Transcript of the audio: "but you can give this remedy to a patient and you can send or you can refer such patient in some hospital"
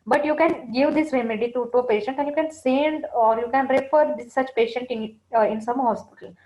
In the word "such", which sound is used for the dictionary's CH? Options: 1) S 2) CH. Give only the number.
2